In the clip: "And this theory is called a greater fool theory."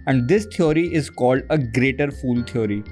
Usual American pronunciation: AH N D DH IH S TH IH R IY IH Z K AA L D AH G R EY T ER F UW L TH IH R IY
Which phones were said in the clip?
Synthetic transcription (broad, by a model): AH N D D IH S T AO R IY IH Z K AA L D AH G R EY T ER F UW L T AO R IY